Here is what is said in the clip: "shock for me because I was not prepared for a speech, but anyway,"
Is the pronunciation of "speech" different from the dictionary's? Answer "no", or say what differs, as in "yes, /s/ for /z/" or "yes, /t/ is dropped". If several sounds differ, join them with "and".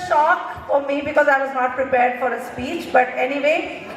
no